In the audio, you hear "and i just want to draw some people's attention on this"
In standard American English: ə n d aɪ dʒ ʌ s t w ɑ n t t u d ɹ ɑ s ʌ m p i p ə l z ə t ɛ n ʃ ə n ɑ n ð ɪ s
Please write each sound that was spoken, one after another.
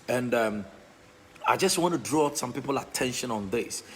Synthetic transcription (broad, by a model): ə n d aɪ dʒ ʌ s t w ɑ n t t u d ɹ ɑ s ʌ m p i p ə l ə t ɛ n ʃ ə n ɑ n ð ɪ s